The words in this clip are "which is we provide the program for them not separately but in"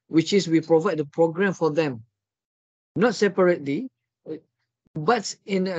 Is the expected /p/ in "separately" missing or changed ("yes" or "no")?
no